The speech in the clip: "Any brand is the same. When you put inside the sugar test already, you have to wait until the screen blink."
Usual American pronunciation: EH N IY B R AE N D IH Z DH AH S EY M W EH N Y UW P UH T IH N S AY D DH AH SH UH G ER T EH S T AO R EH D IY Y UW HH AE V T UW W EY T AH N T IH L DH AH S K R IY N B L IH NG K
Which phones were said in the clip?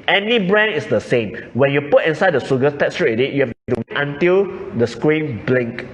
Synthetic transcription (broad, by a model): EH N IY B R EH N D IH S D AH S EY M W EH N Y UW P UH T IH N S AY D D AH S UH G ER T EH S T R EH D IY Y UW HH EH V T UW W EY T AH N T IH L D AH S K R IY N B L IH NG K